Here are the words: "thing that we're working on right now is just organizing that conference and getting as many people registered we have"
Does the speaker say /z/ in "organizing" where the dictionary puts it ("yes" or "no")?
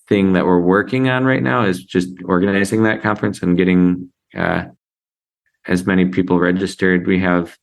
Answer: yes